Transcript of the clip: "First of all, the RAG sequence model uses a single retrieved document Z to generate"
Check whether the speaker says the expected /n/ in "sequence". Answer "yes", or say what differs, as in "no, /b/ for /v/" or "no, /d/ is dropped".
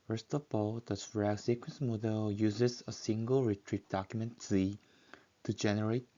yes